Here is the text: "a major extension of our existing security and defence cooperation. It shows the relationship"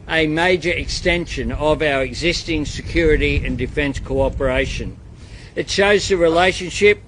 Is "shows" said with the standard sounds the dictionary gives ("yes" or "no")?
yes